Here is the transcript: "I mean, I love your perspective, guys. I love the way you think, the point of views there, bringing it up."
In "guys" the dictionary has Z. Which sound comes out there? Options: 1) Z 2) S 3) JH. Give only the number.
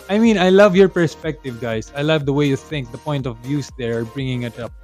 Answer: 2